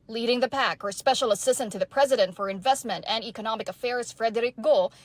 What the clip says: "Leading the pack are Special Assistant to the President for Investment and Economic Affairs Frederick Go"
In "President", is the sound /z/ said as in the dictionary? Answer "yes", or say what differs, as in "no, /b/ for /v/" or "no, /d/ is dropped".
yes